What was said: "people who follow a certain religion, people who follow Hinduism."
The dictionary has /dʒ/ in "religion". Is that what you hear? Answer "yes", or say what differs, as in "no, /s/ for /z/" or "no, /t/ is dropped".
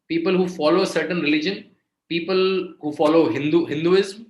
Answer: yes